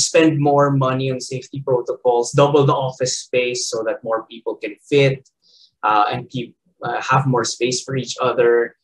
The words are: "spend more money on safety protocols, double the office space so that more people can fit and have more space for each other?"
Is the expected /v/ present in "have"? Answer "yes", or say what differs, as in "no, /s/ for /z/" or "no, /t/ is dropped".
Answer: yes